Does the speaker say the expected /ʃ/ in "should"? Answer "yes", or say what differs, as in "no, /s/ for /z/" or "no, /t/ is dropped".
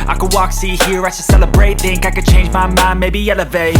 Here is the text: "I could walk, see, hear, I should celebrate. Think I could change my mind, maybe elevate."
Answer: no, /s/ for /ʃ/